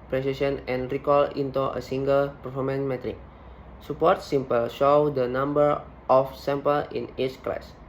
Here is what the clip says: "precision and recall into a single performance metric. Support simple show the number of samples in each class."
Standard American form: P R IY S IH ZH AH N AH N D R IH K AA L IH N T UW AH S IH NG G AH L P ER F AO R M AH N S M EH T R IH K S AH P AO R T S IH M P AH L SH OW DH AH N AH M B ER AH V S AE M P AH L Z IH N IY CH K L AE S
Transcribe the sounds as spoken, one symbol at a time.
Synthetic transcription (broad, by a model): P R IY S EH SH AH N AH N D R IH K AA L IH N T UW AH S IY NG G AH L P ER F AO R M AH N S M EH T R IH K S AH P AO R T S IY M P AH L SH OW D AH N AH M B ER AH F S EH M P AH L IH N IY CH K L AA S